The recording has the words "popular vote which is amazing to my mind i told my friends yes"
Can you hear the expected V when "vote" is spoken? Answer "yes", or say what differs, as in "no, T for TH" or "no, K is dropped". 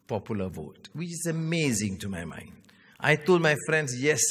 yes